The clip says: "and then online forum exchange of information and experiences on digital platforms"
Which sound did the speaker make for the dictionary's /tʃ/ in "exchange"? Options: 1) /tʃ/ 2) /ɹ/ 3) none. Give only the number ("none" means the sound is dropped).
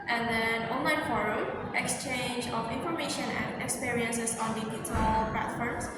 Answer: 1